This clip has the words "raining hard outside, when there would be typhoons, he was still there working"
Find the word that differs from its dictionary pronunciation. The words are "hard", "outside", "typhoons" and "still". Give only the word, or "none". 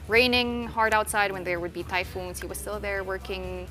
none